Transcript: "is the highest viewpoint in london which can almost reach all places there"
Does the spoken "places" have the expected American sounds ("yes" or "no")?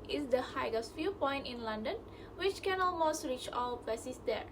no